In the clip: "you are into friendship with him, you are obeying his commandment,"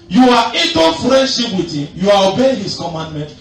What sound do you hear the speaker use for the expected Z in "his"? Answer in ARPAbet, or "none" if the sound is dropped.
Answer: S